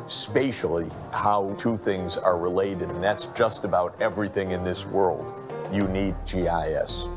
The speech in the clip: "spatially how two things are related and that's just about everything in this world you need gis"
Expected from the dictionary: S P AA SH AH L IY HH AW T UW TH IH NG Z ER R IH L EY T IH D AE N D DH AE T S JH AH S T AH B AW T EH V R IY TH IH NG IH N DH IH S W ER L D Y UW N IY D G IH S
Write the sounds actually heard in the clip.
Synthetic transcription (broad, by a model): S P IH SH L IY HH AW T UW TH IH NG Z ER R IH L EY T IH D N DH AE T S JH AH S T AH B AW T EH V R IY TH IH NG IH N DH IH S W ER L D Y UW N IY D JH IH S